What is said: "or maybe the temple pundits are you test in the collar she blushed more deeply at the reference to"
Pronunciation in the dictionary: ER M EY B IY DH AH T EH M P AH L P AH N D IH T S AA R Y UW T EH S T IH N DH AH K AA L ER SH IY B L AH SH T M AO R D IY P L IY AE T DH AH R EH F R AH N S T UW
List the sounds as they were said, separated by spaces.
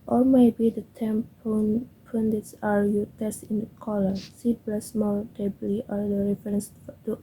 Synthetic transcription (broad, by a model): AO M EY B IY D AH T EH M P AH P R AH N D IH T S AA R Y UW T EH S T IH N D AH K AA L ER S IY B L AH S M AO R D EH B L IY T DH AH R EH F R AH N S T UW